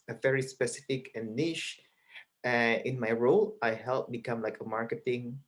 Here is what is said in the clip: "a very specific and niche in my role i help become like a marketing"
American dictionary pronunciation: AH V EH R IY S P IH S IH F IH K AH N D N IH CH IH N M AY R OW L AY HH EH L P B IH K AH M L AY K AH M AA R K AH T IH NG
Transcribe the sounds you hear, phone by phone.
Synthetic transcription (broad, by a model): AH V EH R IY S P IH S IH F IH K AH N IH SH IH IH N M AY R OW L AY HH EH L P B IH K AH M L AY K AH M AA R K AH T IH NG